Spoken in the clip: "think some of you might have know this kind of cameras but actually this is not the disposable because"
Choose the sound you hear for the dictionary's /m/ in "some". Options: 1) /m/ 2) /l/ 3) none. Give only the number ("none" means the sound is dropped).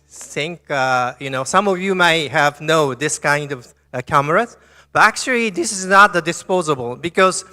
1